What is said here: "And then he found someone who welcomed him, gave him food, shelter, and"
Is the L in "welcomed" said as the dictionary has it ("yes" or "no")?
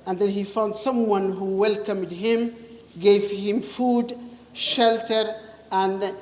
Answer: yes